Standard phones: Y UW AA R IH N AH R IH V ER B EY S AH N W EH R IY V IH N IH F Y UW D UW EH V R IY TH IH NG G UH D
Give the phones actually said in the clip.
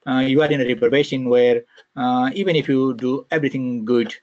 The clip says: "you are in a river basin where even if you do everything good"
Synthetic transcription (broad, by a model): Y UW AA R IH N AH R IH P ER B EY SH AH N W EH R IY V IH N IH F Y UW D UW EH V R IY T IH NG G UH D